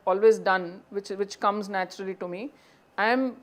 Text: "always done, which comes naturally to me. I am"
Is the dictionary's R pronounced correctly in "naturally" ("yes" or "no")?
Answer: yes